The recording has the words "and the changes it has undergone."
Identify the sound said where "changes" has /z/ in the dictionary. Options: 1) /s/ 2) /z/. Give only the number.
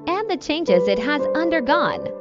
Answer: 2